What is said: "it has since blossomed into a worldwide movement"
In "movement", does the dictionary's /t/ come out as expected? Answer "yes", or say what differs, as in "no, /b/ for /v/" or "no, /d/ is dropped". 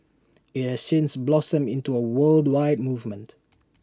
yes